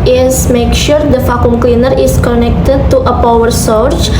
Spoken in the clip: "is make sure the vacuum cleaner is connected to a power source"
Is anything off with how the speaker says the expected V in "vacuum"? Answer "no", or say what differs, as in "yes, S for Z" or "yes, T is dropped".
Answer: yes, F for V